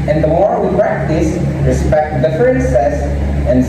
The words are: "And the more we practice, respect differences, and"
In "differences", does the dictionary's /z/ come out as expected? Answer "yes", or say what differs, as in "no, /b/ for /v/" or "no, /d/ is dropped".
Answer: no, /s/ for /z/